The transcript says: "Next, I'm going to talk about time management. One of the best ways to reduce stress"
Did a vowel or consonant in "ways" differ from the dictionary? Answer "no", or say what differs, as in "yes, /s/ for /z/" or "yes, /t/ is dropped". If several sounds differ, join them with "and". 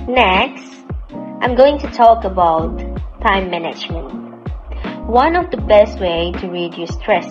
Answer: yes, /z/ is dropped